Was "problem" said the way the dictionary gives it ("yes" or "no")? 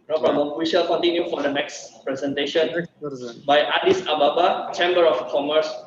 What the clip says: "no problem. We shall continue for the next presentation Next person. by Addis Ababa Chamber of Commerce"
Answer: no